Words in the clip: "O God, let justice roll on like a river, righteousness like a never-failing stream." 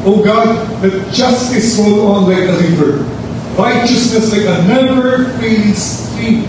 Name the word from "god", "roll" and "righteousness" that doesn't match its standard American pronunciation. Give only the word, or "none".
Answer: roll